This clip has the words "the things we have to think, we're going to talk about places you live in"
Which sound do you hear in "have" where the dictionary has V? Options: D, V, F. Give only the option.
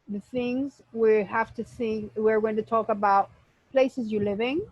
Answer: F